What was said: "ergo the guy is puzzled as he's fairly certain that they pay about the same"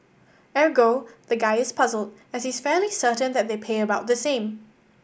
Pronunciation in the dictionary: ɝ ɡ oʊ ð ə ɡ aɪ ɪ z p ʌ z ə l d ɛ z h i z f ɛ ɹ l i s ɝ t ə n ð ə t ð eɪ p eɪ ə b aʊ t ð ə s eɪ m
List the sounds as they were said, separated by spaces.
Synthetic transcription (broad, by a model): ɝ ɡ oʊ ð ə ɡ aɪ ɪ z p ʌ z ə l d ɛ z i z f ɛ l i s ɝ t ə n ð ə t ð eɪ p eɪ ə b aʊ t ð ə s eɪ m